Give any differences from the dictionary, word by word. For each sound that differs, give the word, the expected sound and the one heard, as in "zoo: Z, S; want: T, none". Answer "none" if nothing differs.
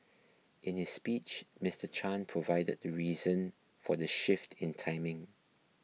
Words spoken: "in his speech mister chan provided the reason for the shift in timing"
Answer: none